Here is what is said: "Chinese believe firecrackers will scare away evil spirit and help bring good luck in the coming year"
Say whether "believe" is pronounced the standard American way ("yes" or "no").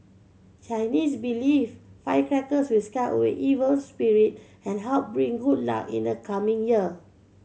no